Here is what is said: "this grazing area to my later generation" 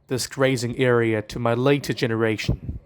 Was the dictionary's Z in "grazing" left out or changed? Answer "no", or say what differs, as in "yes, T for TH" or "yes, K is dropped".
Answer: no